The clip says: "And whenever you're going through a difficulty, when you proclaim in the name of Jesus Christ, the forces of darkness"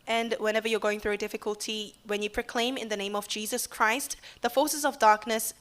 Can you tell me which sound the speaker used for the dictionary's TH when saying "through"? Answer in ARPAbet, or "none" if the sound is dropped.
TH